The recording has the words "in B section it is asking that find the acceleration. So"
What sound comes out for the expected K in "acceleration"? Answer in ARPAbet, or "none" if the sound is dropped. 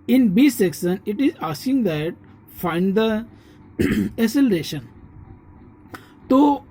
none